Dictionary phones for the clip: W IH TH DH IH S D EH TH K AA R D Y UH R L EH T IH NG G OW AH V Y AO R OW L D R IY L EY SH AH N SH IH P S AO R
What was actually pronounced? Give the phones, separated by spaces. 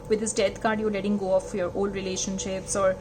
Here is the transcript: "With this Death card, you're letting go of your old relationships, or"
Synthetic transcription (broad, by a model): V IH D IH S D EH T K AA R D Y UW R L EH T IH NG G OW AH F Y AO R OW L D R IY L EY SH AH N SH IH P S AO R